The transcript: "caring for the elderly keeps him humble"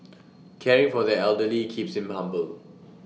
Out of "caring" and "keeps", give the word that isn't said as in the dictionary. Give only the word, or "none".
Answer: none